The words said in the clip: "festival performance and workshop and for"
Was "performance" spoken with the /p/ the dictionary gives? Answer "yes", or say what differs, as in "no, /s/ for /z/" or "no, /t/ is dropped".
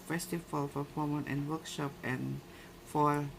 no, /f/ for /p/